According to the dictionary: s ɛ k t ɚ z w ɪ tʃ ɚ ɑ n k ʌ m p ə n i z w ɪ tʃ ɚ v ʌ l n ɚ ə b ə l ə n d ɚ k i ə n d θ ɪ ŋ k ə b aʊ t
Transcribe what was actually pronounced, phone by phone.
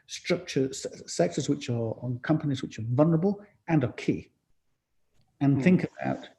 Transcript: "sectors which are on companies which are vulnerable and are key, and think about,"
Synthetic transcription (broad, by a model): s ɛ k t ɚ z w ɪ tʃ ɚ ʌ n k ʌ m p ə n i z w ɪ tʃ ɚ v ʌ l n ɚ ə b ə l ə n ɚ k i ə n θ ɪ ŋ k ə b aʊ t